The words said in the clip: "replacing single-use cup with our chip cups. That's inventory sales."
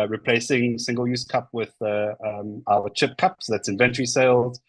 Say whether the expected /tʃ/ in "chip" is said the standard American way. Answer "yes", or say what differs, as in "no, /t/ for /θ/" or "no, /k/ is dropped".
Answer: yes